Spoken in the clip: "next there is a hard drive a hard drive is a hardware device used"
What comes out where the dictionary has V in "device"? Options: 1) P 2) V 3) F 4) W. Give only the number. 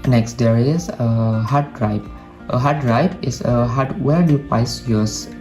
1